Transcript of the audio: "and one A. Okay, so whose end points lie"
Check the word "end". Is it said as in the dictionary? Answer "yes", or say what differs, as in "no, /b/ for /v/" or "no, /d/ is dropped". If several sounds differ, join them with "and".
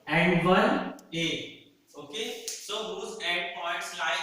no, /n/ is dropped